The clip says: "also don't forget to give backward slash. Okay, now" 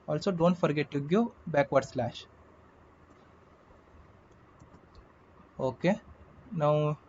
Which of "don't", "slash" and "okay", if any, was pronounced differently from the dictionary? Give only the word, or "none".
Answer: none